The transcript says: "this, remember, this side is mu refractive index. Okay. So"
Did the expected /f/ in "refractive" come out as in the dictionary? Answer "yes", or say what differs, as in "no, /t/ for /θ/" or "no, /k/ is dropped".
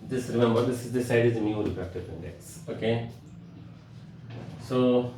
no, /p/ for /f/